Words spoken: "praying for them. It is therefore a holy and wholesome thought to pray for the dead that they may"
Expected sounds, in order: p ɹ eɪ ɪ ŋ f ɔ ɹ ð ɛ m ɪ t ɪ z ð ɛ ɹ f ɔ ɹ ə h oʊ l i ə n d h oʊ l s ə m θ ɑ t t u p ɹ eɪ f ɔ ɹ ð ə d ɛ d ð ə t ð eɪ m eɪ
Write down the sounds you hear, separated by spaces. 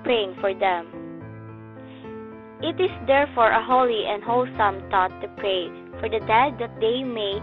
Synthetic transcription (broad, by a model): p ɹ eɪ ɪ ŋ f ɔ ɹ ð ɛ m ɪ t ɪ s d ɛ ɹ f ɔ ɹ ə h oʊ l i ə n d h oʊ l s ə m t ɑ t t u p ɹ eɪ f ɔ ɹ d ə d ɛ d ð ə t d eɪ m eɪ